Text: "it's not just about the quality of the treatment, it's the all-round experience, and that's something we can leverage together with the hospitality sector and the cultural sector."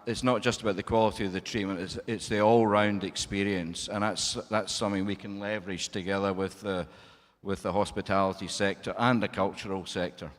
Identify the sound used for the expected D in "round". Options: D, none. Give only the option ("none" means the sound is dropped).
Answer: D